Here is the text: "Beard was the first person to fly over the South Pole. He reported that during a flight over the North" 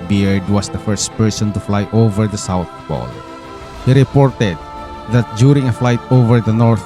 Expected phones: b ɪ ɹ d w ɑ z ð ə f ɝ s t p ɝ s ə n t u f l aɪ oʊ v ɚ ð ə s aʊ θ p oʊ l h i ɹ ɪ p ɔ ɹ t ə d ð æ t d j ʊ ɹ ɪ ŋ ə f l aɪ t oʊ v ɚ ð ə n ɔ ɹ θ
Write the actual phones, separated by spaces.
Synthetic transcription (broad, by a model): b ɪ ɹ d w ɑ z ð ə f ɝ s t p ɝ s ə n t u f l aɪ oʊ v ɚ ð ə s aʊ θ b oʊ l h i ɹ ɪ p ɔ ɹ t ə d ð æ t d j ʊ ɹ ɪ ŋ ə f l aɪ t oʊ v ɚ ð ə n ɔ ɹ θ